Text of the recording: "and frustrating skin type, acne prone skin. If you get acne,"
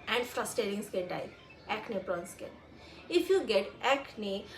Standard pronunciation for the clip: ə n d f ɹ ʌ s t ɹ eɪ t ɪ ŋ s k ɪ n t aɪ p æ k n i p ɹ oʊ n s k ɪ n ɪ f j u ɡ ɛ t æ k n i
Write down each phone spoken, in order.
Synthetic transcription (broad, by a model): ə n d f ɹ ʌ s t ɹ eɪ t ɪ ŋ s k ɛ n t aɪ æ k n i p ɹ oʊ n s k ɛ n ɪ f j u ɡ ɛ t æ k n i